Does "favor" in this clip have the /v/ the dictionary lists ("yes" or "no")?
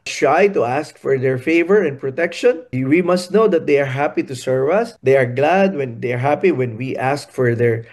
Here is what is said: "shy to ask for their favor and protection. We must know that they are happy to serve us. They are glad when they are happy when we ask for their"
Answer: yes